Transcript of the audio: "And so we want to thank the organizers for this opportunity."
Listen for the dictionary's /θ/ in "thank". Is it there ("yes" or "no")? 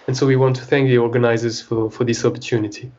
yes